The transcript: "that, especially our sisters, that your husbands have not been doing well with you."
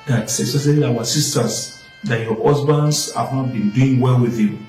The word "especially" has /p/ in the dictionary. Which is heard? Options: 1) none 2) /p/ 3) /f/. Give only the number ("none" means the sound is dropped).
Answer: 1